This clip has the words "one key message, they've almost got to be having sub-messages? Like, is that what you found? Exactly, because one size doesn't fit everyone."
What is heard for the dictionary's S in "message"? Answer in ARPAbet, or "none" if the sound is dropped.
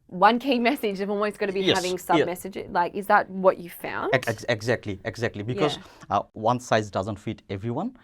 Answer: S